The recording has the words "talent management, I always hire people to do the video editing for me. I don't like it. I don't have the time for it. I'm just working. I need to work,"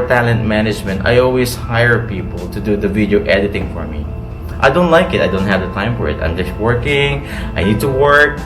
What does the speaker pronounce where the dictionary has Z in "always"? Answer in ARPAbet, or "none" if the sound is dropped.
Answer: S